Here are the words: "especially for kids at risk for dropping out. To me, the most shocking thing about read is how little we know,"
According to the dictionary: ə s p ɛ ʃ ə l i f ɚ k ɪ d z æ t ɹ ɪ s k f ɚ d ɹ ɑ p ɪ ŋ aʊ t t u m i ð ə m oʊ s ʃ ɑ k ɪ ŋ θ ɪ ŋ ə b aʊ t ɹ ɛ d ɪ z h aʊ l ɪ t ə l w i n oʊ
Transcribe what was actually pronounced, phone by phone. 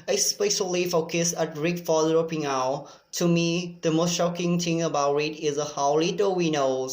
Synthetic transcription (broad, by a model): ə s p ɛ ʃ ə l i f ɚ k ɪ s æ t ɹ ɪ k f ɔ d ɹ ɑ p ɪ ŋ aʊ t t u m i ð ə m oʊ s ʃ ɑ k ɪ ŋ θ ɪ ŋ ə b aʊ t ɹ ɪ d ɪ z h aʊ l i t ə w i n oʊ